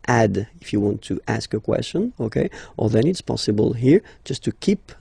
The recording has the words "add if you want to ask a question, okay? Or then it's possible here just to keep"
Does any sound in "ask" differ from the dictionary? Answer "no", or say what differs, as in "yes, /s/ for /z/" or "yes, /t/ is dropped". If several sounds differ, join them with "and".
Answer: no